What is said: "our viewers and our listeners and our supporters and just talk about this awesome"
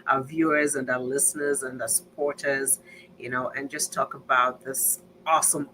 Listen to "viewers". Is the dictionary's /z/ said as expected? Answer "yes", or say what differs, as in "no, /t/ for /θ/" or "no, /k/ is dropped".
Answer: yes